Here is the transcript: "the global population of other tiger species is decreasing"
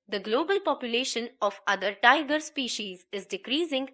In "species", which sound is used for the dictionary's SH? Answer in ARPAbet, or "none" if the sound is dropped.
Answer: SH